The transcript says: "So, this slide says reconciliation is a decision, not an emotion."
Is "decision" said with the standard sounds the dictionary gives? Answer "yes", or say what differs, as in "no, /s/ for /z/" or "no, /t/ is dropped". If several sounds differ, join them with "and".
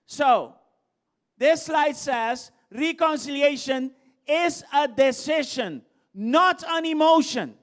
no, /ʃ/ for /ʒ/